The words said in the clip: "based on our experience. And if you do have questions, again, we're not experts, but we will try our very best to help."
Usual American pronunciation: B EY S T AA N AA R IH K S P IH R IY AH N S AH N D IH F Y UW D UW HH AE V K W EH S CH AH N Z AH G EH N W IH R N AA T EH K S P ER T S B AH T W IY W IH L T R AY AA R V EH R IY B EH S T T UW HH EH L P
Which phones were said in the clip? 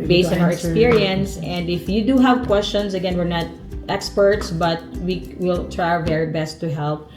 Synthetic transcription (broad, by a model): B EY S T AA N AA R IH K S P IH R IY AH N S AH N D IH F Y UW D UW HH AE V K W EH S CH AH N S AH G EH N W IH R N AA T EH K S P ER T S B AH T W IY W IH L T R AY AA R V EH R IY B EH S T T UW HH EH L P